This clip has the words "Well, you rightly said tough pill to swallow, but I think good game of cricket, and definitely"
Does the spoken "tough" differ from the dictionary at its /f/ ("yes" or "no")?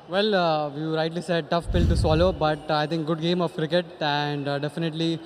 no